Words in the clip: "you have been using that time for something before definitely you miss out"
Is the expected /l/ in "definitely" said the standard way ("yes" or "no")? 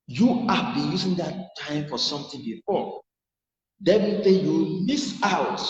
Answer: no